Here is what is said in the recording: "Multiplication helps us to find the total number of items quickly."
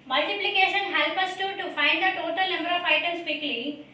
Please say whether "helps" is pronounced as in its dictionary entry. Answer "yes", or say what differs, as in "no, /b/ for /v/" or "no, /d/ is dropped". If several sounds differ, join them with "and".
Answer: no, /s/ is dropped